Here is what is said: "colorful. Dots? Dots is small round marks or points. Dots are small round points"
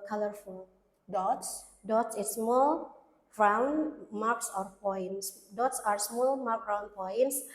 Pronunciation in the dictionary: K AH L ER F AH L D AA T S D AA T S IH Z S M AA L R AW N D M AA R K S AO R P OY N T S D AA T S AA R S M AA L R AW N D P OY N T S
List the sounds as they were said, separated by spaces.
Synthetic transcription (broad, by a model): K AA L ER F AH L D AA T S D AA T S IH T S M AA L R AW N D M AA R K S AO R P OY N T S D AA T S AA R S M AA L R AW N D P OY N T S